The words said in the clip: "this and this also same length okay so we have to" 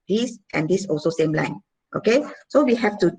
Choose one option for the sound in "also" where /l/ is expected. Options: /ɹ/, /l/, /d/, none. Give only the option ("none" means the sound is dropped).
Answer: /l/